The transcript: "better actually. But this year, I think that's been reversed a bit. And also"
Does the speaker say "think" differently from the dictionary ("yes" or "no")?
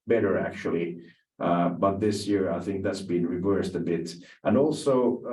no